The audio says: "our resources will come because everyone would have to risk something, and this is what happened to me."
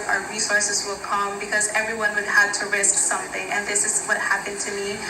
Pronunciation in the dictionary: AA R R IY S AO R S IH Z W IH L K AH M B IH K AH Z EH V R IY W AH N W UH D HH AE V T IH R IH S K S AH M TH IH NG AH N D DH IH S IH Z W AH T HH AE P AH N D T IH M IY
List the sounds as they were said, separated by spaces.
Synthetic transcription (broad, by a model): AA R R IY S AO R S IH Z W IH L K AH M B IH K AH Z EH V R IY W AH N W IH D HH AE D T IH R IH S K S AH M TH IH NG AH N DH IH S IH Z W AH T HH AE P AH N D T IH M IY